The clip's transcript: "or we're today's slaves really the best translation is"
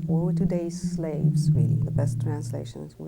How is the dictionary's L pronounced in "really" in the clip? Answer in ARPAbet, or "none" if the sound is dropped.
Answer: none